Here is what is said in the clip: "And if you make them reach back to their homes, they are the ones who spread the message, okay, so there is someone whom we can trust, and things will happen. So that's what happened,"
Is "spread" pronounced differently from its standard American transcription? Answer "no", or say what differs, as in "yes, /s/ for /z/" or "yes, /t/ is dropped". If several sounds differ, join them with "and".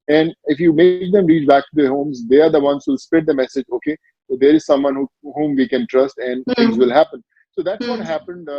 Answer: yes, /ɹ/ is dropped